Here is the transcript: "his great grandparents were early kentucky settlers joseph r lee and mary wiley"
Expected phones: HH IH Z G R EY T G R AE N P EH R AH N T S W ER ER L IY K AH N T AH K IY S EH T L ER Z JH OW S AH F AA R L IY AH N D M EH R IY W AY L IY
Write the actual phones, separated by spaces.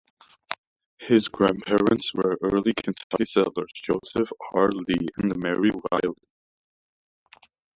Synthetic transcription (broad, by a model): HH IH Z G G R AE N P EH R AH N T S W ER ER L IY K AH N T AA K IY S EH L ER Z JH OW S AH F AA R L IY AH N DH M EH R IY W AY L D